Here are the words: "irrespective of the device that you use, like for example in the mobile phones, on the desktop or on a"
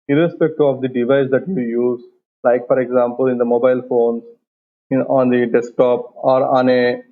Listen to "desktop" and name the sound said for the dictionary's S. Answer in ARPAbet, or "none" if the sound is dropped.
S